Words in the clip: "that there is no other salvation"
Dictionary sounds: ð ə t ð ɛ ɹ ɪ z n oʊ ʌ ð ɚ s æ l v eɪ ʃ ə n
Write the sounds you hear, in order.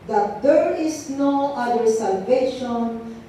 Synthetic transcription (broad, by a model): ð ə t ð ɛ ɹ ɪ s n oʊ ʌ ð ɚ s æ l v eɪ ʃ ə n